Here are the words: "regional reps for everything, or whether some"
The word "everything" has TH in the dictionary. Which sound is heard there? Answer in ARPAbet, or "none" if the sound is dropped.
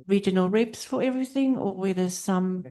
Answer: TH